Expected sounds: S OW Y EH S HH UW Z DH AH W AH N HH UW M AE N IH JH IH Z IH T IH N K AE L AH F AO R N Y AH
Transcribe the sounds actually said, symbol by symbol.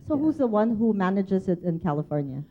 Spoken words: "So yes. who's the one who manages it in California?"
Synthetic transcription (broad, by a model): S OW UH HH UW Z DH AH W AH N HH UW M AE N IH JH IH Z IH T IH N K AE L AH F AO R N Y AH